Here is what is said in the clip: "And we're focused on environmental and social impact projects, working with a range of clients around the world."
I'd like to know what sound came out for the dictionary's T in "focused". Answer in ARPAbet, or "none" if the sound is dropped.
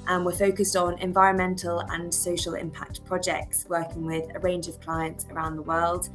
T